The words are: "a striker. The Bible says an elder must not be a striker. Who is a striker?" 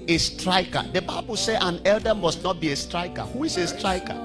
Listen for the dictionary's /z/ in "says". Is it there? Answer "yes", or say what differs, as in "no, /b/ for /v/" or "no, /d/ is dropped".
no, /z/ is dropped